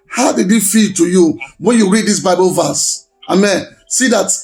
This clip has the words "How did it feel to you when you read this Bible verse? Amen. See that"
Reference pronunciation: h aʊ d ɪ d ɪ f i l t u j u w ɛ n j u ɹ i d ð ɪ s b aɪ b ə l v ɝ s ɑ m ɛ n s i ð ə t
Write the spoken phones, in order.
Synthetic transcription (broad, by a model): h aʊ d ɪ d ɪ f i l t u j u w ɛ n j u ɹ i d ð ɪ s b aɪ b ə l v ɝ s ɑ m ɛ n s i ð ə t